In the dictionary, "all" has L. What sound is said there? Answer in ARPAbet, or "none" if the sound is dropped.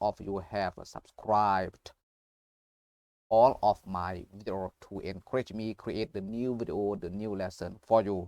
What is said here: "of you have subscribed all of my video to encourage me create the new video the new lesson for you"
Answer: L